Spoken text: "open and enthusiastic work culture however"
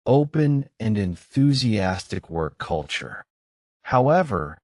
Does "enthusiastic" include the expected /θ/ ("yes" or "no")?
yes